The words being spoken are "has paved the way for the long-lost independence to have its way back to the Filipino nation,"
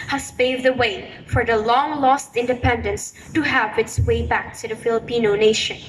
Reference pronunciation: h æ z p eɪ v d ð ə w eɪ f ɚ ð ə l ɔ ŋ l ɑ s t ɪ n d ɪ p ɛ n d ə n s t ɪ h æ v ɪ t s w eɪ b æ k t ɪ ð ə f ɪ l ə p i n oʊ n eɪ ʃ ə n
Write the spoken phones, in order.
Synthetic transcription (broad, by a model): h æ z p eɪ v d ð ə w eɪ f ɚ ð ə l ɔ ŋ l ɑ s t ɪ n d ɪ p ɛ n d ə n s t ɪ h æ v ɪ t s w eɪ b æ k t ɪ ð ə f ɪ l ə p i n oʊ n eɪ ʃ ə n